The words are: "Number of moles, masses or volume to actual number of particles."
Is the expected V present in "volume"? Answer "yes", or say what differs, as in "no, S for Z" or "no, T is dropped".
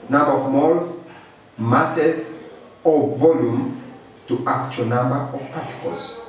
yes